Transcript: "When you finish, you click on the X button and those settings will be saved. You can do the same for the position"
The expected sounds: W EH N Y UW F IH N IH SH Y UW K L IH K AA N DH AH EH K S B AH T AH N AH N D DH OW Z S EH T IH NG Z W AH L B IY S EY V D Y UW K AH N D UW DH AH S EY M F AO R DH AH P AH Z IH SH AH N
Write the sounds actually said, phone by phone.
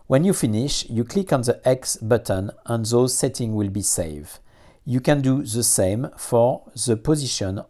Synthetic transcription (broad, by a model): W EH N Y UW F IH N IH SH Y UW K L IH K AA N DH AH EH K S B AH T AH N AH N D DH OW Z S EH T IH NG W AH L B IY S EY V D Y UW K AH N D UW DH AH S EY M F AO R DH AH P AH Z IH SH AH N